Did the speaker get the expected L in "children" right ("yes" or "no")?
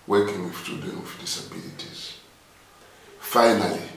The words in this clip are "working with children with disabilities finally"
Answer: no